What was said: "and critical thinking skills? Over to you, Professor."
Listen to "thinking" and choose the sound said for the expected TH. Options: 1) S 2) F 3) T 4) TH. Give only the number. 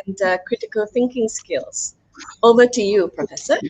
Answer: 4